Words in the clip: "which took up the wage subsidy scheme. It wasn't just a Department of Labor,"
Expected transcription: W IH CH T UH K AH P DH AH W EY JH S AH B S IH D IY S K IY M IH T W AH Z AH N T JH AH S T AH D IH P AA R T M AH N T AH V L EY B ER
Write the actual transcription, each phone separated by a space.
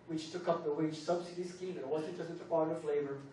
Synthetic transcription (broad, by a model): W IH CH T UH K AH P DH AH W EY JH S AH B S IH D IY S K IY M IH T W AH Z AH T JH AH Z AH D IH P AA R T AH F L EY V ER